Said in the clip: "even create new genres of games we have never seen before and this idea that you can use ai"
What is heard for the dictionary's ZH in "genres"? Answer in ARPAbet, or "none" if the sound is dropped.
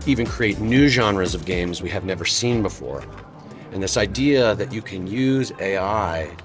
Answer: ZH